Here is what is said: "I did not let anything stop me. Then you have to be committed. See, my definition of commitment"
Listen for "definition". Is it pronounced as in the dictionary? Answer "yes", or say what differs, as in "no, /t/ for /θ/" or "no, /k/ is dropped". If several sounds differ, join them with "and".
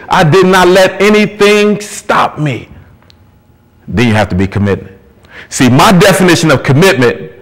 yes